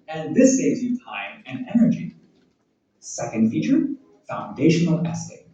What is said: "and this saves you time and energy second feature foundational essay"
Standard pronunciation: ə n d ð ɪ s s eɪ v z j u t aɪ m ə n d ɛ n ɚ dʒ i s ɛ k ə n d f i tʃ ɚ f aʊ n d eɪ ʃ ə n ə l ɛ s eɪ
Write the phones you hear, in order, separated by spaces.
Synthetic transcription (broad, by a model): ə n ð ɪ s s eɪ v z j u t aɪ m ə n ɛ n ɚ dʒ i s ɛ k ə n d f i tʃ ɚ f aʊ n d eɪ ʃ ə n l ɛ s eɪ